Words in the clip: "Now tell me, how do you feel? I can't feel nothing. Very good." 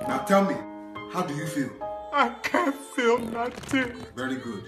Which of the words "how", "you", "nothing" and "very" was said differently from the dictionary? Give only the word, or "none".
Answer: nothing